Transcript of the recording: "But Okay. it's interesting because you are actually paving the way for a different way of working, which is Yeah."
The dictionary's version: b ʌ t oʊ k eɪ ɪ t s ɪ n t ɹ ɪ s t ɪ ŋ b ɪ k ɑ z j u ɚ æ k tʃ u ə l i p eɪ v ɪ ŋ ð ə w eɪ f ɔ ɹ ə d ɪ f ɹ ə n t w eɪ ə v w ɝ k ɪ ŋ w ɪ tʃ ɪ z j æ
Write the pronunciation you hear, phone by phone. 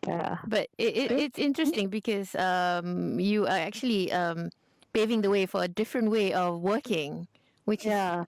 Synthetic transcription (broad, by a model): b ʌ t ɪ ɪ ɪ t s ɪ n t ɹ ɪ s t ɪ ŋ b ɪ k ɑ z j u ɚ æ k tʃ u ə l i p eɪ v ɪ ŋ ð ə w eɪ f ɔ ɹ ə d ɪ f ɹ ə n t w eɪ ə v w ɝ k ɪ ŋ w ɪ tʃ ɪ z